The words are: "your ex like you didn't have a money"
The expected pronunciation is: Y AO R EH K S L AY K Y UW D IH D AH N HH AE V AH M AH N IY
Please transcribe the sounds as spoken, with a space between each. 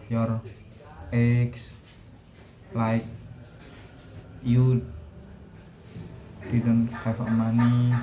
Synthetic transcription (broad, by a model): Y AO R EH K S L AY K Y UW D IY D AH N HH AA F AH M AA N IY